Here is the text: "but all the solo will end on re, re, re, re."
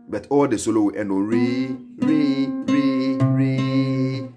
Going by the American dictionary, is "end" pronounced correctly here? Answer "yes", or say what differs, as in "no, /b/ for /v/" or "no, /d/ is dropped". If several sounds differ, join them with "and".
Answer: no, /d/ is dropped